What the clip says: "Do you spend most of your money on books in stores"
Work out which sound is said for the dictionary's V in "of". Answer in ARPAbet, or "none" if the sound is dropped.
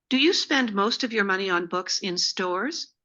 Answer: V